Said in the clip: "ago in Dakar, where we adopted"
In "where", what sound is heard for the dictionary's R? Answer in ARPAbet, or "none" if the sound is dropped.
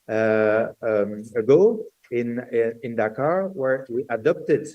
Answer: R